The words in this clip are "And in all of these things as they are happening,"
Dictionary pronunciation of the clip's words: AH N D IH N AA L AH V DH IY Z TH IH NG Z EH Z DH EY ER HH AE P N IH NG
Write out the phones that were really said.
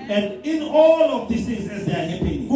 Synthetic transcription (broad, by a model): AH N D IH N AA L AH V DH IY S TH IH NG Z EH Z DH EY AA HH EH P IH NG